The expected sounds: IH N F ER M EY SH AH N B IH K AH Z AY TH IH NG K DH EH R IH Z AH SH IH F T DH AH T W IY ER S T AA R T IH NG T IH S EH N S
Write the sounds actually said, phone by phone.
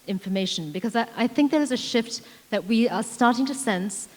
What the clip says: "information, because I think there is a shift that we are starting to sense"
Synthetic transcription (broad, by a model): IH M F ER M EY SH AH N B IH K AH Z AY TH IH NG K DH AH R IH Z AH SH IH F T DH AH T W IY ER S T AA R T IH NG T IH S EH N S